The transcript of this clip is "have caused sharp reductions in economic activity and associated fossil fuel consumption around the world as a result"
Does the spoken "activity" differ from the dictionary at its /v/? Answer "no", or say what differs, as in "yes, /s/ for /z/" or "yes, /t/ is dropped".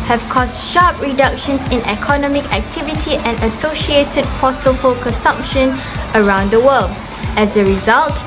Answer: no